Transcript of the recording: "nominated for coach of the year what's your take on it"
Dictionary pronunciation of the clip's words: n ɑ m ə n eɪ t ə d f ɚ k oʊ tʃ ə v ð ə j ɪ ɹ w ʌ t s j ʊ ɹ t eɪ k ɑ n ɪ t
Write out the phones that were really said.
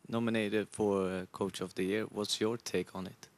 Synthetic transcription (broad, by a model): n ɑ m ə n eɪ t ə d f ɚ k oʊ tʃ ə v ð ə j ɪ ɹ w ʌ t s j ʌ ɹ t eɪ k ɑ n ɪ t